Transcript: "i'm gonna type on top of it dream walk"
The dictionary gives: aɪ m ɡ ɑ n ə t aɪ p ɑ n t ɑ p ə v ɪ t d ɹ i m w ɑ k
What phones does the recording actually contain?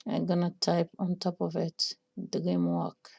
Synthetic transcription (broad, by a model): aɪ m ɡ ɑ n ə t aɪ p ɑ n t ɑ p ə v ɪ t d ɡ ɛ m w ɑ k